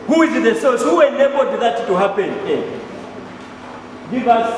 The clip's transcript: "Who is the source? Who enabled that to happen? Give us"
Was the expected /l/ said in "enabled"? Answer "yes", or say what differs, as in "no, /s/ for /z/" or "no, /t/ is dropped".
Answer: no, /l/ is dropped